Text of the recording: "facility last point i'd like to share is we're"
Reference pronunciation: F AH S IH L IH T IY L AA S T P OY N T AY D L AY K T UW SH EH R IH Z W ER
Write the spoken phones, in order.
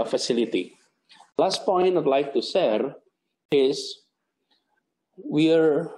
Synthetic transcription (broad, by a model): F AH S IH L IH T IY L AA S T P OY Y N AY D L AY K T UW S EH R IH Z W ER